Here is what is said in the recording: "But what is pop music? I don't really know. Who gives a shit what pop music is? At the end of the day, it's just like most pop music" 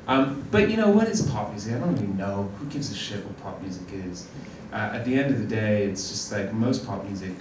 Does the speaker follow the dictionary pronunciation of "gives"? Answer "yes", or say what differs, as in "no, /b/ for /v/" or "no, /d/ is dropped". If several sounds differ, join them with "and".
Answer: yes